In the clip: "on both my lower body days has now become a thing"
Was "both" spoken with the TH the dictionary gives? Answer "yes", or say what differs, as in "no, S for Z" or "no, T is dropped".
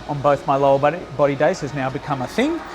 yes